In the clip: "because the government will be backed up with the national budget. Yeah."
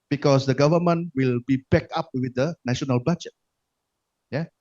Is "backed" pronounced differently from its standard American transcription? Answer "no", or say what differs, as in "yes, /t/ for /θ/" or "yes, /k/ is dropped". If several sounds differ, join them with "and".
yes, /t/ is dropped